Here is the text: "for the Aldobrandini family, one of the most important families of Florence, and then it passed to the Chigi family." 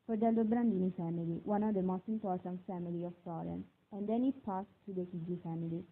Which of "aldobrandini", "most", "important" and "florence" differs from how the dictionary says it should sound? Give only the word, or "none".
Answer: florence